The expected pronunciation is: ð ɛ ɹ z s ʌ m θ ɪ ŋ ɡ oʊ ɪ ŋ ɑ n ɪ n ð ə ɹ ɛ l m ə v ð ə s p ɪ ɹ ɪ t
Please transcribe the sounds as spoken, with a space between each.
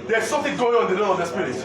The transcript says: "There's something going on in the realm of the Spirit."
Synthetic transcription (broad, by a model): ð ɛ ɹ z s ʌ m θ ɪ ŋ ɡ oʊ ɪ ŋ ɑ ɪ n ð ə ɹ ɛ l ə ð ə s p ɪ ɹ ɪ